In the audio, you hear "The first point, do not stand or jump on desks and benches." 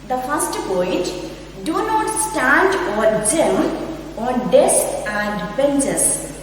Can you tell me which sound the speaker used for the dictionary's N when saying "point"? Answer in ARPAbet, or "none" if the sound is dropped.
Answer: none